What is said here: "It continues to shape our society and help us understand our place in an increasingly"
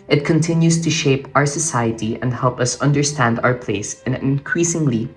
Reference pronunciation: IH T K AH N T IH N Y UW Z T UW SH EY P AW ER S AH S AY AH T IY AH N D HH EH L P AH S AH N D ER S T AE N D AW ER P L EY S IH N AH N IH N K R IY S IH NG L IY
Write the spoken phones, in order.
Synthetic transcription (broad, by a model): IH T K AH N T IH N Y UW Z T UW SH EY P AW ER S AH S AY AH T IY AH N D HH EH L P AH S AH N D ER S T AE N D AW ER P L EY IH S AH N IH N K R IY S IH NG L IY